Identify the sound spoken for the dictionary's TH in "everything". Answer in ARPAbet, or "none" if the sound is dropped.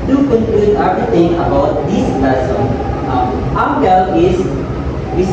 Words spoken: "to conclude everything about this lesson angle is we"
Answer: T